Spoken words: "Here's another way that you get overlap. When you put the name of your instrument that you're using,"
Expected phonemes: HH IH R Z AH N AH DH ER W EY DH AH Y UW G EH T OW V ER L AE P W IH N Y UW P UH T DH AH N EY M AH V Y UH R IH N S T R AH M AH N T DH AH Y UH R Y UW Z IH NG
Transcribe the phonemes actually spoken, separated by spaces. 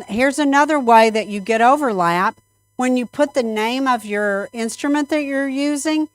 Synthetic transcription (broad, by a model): HH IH R Z AH N AH DH ER W EY DH AH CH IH G EH T OW V ER L AE P W IH N Y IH P UH T DH AH N EY M AH V Y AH R IH N S T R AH M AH N DH AH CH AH R Y UW Z IH NG